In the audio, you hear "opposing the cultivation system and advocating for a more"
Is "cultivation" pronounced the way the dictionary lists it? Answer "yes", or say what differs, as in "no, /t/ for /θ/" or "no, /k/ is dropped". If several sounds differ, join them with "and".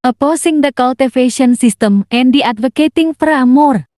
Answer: no, /f/ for /v/